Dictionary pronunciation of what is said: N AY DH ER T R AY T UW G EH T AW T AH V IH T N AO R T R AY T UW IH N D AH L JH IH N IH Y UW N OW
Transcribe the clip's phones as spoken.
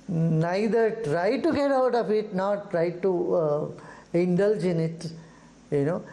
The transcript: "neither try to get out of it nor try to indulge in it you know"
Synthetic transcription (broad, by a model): N AY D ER T R AY T UW G EH T AW T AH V IH T N AO R T R AY T UW IH N D AH L JH IH N IH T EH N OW